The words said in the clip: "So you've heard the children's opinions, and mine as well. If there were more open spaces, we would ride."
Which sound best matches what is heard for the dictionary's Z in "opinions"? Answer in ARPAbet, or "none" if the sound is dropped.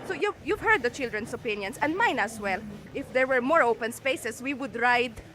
S